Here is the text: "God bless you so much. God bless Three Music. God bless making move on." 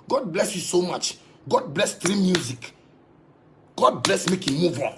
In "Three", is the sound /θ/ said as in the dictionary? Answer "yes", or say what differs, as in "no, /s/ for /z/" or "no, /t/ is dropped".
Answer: no, /t/ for /θ/